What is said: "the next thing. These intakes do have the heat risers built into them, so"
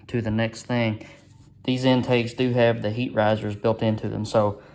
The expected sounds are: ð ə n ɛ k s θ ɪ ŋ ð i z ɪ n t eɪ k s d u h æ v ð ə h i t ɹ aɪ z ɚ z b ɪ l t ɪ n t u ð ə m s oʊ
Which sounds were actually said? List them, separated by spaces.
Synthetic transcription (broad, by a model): ð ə n ɛ k s θ ɪ ŋ ð i z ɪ n t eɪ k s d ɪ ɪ v ð ə h i t ɹ aɪ z ɚ z b ɪ l t ɪ n t u ð ə m s oʊ